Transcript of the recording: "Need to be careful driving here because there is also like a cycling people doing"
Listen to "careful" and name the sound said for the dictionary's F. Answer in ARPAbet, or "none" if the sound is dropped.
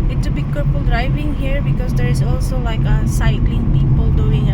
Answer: P